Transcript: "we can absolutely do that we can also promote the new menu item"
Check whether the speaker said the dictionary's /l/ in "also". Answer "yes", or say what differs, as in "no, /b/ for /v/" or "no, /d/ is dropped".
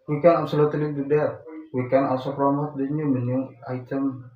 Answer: no, /l/ is dropped